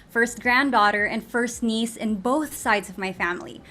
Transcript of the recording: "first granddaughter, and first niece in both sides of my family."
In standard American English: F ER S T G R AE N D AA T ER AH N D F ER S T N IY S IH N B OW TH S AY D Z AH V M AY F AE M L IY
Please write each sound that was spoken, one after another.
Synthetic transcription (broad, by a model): F ER S T G R AE N D AA T ER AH N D F ER S T N IY S IH N B OW TH S AY D Z AH V M AY F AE M L IY